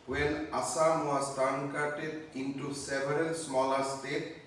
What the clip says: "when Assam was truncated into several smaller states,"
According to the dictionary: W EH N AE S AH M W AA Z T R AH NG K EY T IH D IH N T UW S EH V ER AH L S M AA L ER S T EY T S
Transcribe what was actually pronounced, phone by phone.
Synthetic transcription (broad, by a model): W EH N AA S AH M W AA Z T AH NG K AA T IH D IH N T UW S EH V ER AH L S M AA L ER S T EY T